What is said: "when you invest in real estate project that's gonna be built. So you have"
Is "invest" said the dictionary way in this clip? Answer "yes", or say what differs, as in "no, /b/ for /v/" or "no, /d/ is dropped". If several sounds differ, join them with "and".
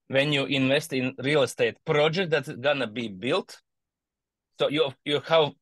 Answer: yes